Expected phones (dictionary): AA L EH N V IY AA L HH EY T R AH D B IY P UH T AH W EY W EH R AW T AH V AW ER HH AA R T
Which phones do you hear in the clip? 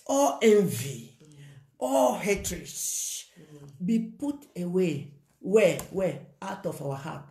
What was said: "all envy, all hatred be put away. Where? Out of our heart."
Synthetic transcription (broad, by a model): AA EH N V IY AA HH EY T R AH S B IY P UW T AH W EY W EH W AW T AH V AW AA HH AA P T